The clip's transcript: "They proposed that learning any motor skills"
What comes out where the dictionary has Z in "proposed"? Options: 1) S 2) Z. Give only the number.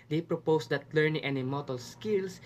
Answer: 1